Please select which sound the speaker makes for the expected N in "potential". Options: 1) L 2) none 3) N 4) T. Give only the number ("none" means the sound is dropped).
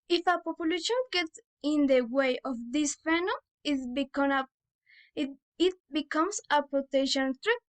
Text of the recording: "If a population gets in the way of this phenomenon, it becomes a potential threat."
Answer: 2